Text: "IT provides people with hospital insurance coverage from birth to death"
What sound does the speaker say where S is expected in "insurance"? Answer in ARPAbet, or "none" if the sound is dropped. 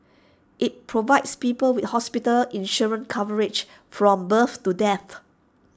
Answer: none